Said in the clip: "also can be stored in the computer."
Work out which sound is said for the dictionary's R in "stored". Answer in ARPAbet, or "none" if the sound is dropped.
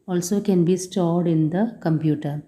R